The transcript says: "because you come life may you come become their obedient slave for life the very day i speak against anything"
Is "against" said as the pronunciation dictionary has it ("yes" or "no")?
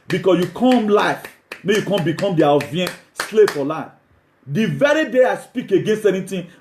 yes